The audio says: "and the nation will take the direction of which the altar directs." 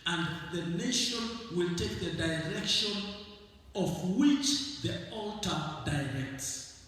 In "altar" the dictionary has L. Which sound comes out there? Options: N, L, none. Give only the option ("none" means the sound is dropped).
L